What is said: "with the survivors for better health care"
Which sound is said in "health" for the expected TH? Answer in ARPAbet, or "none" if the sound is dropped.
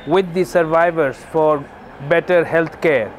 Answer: T